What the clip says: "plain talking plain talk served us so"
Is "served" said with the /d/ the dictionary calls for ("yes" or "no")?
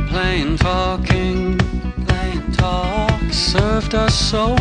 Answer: yes